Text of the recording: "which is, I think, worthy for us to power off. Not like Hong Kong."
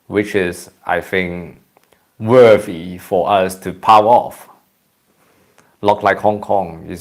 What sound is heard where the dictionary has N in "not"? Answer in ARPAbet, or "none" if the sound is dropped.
L